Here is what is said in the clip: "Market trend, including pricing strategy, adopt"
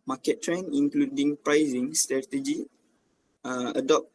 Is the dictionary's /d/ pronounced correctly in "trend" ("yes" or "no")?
no